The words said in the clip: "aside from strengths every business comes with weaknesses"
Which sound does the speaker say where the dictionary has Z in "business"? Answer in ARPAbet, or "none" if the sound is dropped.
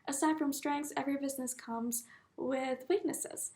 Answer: Z